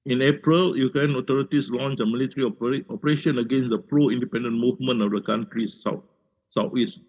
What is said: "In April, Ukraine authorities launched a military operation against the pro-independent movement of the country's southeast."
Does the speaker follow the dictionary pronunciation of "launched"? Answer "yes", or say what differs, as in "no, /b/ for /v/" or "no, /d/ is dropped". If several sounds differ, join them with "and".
no, /t/ is dropped